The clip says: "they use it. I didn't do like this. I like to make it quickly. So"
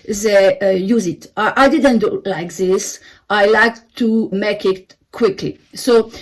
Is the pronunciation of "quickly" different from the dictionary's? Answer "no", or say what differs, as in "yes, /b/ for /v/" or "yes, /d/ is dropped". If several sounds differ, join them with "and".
no